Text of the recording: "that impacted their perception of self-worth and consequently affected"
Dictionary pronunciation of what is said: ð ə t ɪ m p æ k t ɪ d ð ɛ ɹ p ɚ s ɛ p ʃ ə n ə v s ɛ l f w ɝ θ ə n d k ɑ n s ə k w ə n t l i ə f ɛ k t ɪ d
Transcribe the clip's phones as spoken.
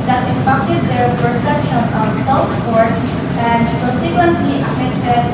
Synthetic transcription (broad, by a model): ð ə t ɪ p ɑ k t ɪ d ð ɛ ɹ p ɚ s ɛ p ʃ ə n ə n s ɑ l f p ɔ t ə n d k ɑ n s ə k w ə n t l i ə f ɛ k t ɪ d